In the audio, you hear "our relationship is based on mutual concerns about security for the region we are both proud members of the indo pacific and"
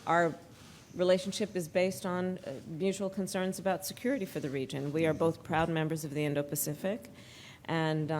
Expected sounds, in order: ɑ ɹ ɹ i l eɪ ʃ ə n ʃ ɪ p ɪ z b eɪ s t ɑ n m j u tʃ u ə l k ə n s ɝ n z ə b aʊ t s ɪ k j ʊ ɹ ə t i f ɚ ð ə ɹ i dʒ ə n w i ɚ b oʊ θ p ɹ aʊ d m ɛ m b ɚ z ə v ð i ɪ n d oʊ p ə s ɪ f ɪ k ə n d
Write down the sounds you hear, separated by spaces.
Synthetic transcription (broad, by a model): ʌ ɹ ɹ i l eɪ ʃ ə n ʃ ɪ p ɪ z b eɪ s t n m j u tʃ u l k ə n s ɝ n z ə b aʊ t s ɪ k j ʊ ɹ ə t i f ɚ ð ə ɹ i dʒ ə n w i ɚ b oʊ θ p ɹ aʊ d m ɛ m b ɚ z ə v ð i ɪ n d oʊ p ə s ɪ f ɪ k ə n